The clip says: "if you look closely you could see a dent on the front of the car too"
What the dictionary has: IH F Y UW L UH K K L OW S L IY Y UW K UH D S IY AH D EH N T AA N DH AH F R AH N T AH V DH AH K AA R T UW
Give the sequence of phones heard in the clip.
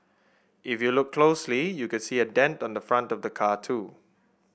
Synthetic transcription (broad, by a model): IH F Y UW L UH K K L OW S L IY Y UW K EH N S IY AH D EH N T AA N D AH F R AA N T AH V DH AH K AA T UW